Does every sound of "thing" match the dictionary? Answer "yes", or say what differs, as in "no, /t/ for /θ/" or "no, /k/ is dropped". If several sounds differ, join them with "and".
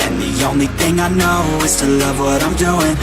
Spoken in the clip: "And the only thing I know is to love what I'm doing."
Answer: yes